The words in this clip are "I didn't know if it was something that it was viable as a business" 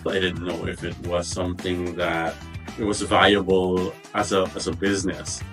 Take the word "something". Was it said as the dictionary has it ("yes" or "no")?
yes